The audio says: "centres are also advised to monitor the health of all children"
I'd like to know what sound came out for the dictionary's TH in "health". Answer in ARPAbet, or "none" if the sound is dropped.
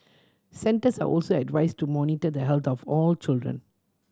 T